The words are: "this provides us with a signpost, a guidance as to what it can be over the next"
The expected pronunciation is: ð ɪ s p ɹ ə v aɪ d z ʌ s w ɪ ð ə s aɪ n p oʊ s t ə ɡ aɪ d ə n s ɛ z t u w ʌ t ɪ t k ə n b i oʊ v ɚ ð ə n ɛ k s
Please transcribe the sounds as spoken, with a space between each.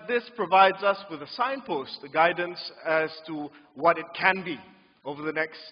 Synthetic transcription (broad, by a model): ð ɪ s p ɹ ə v aɪ d z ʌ s w ɪ ð ə s aɪ n p oʊ s t ə ɡ aɪ d ə n s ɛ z t u w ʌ t ɪ t k ə n b i oʊ v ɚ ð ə n ɛ k s